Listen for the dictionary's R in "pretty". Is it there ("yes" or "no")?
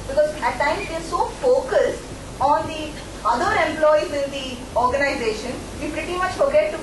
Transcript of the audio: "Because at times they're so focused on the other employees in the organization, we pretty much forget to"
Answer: yes